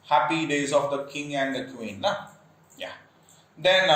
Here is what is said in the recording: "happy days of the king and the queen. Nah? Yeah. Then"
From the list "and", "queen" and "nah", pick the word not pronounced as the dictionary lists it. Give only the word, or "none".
nah